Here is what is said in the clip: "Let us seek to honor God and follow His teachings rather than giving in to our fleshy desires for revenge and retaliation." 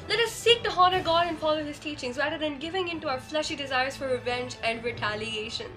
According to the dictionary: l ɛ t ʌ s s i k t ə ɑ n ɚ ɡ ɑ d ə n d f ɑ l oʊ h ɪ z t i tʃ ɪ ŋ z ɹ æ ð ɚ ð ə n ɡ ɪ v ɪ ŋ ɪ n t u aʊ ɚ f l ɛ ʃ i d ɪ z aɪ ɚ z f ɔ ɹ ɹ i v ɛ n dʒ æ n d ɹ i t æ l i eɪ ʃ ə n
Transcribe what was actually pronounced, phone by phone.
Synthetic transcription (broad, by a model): l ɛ t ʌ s s i k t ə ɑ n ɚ ɡ ɑ d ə n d f ɑ l oʊ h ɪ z t i tʃ ɪ ŋ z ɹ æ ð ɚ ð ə n ɡ ɪ v ɪ ŋ ɪ n t u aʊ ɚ f l ɛ ʃ i d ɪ z aɪ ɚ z f ɔ ɹ ɹ i v ɛ n dʒ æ n d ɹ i t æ l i eɪ ʃ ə n